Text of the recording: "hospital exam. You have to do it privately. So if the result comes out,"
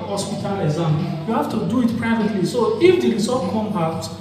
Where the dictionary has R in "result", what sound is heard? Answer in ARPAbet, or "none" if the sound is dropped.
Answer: L